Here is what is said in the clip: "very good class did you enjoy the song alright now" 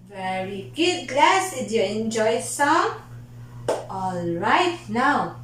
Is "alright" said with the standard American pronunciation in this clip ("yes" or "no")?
yes